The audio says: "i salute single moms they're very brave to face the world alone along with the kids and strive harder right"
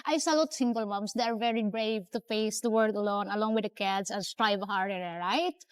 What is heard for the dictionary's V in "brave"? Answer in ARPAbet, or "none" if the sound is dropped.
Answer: V